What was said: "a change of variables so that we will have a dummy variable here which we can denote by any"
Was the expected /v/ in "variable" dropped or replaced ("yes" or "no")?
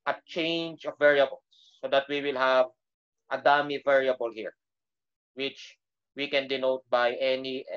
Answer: no